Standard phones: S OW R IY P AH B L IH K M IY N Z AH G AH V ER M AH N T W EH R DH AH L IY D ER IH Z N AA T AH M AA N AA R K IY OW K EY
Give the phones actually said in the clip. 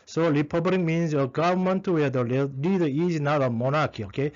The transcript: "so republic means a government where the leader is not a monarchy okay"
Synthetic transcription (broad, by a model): S OW L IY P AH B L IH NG M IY N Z AH G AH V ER M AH N T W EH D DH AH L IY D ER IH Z N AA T AH M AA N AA K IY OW K EY